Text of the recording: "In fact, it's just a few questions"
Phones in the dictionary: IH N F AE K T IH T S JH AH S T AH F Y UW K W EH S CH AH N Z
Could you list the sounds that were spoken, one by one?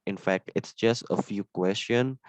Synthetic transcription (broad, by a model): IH N F AE K T IH T S JH AH S T AH F Y UW K W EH S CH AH N